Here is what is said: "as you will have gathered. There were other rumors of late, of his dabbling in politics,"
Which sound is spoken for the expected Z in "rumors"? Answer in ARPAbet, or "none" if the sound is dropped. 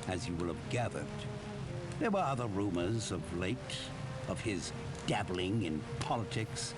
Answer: Z